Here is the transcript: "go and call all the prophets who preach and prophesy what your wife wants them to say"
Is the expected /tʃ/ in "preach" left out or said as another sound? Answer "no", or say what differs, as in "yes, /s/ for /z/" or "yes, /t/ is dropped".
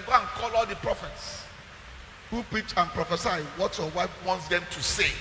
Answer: no